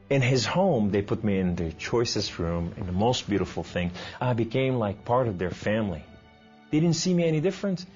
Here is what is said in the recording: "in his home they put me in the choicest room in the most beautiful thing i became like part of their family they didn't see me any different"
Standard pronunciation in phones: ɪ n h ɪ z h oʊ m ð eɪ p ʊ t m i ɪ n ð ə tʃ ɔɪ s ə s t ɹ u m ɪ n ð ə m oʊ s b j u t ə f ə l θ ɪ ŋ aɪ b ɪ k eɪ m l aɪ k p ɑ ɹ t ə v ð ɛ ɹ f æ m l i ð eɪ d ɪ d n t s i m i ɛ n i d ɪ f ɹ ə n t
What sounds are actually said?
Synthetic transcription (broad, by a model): ɪ n ɪ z h oʊ m ð eɪ p ʊ t m i ɪ n ð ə tʃ ɔɪ s ə s t ɹ u m ɪ n ð ə m oʊ s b j u t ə f l θ ɪ ŋ aɪ b ɪ k eɪ m l aɪ k p ɑ ɹ t ə v ð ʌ ɹ f æ m l i ð eɪ d ɪ d n t s i m i ɛ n i d ɪ f ɹ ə n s